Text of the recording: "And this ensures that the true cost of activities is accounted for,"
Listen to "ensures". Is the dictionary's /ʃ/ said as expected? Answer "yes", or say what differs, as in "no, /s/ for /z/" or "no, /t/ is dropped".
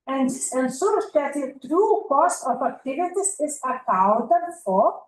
no, /s/ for /ʃ/